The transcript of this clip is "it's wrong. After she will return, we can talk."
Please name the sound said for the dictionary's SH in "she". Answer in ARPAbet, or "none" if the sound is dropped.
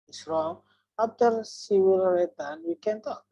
S